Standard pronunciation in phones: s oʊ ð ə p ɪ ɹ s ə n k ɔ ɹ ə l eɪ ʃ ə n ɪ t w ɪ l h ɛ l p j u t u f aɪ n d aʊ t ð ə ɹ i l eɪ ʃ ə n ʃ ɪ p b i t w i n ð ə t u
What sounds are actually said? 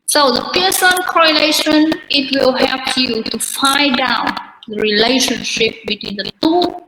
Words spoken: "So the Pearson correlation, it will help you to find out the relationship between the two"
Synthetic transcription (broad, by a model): s oʊ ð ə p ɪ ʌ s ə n k ɔ ɹ ə l eɪ ʃ ə n ɪ t w ɪ l h ɛ l p j u t u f aɪ d aʊ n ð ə ɹ i l eɪ ʃ ə n ʃ ɪ p b i t w i n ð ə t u